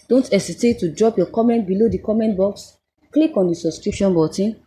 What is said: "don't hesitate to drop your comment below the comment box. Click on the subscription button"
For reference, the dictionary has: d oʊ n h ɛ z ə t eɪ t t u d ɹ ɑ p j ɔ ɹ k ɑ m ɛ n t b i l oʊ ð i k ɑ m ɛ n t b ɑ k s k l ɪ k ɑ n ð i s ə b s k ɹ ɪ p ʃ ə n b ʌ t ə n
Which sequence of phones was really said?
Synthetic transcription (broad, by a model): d oʊ n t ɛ s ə t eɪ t t u d ɹ ɑ p j ɔ k ɑ m ɛ n t b i l oʊ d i k ɑ m ɛ n t b ɑ k s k l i k ɑ n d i s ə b s k ɹ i p ʃ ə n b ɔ t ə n